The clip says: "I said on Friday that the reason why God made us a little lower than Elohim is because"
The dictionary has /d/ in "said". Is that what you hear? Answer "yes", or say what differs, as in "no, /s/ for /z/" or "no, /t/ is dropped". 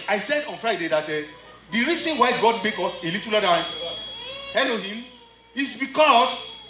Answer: yes